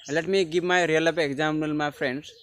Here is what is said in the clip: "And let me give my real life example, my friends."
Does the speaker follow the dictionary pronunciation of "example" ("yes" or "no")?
no